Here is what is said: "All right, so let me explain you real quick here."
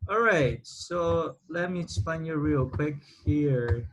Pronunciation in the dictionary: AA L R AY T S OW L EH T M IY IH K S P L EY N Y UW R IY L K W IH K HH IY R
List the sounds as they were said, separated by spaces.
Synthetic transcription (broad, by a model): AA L R AY T S OW L EH T M IY S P EY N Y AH R IY L K W IH K HH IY R